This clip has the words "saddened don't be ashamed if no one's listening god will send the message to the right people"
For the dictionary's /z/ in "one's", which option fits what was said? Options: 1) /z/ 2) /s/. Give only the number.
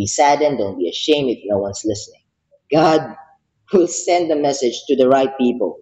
2